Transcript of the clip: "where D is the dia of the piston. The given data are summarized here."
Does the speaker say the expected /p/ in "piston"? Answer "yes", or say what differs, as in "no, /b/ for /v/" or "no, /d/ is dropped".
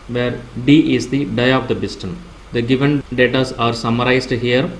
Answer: no, /b/ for /p/